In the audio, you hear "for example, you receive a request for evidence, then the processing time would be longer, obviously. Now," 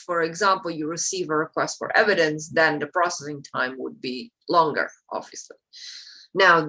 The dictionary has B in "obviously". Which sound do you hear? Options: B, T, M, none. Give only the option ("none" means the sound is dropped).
none